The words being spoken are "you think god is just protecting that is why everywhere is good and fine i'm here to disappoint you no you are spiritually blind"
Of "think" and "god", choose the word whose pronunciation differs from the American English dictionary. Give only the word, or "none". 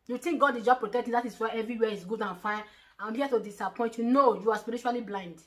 think